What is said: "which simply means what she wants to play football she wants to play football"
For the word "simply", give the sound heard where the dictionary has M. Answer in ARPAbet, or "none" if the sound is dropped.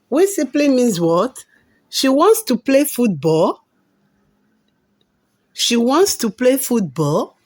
none